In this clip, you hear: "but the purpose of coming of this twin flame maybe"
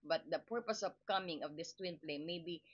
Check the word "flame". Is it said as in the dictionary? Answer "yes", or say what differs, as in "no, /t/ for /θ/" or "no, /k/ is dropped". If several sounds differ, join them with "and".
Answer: no, /p/ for /f/